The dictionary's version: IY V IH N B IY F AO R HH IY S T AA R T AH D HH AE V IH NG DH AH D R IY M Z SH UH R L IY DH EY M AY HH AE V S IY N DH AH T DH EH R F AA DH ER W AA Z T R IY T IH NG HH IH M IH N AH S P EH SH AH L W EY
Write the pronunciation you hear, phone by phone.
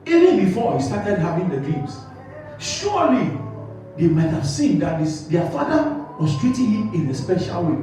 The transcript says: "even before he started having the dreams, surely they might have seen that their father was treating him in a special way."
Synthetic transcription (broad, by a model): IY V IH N B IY F AO HH IY S T AA T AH D HH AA V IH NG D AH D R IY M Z SH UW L IY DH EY M AY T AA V S IY N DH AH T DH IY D F AA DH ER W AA S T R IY T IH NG HH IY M IH N AH S P EH SH AH L W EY